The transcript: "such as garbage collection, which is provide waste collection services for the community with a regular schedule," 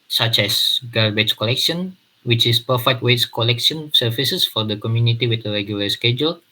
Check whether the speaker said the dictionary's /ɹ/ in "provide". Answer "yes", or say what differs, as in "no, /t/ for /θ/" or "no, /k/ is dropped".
no, /ɹ/ is dropped